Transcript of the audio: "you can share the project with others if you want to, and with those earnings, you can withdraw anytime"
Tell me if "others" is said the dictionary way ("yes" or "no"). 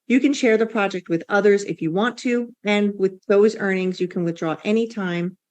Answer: yes